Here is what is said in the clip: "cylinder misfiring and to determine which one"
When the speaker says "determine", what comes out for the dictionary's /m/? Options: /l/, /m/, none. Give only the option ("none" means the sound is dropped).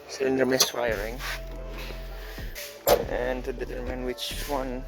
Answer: /m/